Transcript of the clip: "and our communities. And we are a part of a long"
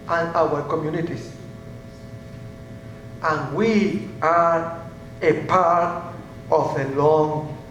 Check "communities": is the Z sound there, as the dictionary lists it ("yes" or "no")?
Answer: no